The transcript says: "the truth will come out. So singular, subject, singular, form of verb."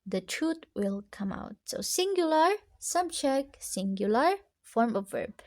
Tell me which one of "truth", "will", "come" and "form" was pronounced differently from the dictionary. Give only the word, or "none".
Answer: truth